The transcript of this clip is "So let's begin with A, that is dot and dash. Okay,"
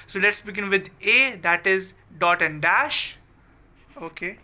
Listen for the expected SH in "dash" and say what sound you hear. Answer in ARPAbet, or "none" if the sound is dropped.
SH